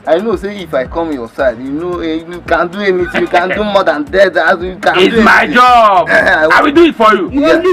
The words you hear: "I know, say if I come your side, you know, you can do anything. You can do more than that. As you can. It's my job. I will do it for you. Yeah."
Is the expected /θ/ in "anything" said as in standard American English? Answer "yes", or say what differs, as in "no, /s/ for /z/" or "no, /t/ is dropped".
no, /t/ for /θ/